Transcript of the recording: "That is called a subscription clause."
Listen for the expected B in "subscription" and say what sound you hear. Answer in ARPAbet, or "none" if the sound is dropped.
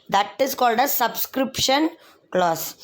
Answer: B